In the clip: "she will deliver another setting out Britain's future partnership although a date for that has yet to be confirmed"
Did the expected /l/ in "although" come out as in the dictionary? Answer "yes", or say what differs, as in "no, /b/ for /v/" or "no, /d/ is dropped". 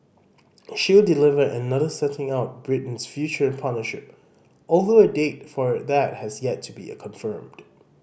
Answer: yes